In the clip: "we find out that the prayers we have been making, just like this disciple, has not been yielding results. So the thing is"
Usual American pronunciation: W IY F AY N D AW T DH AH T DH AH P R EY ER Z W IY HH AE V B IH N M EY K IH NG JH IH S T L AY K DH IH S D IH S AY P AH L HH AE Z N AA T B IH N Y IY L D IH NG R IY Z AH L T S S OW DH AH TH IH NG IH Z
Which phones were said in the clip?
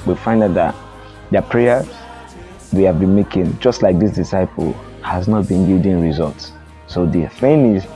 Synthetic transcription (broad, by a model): W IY F AY N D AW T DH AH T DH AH P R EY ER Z W IY HH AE V B IH N M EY K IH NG JH IH S T L AY K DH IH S D IH S AY P AH L HH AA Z N AA T B IH N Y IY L D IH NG R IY Z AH L T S S OW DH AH F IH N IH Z